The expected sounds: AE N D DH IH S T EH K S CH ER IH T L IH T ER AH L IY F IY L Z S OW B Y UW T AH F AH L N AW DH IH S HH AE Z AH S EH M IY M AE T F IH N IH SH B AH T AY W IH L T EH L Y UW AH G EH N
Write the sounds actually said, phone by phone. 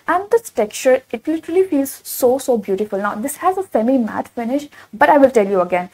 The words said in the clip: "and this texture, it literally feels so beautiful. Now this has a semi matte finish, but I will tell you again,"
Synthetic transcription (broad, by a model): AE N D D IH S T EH K CH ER IH T L IH T ER AH L IY F IY L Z S OW B Y UW T AH F AH L N AW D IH S HH AE Z AH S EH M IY M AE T F IH N IH SH B AH T AY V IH L T EH L Y UW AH G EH N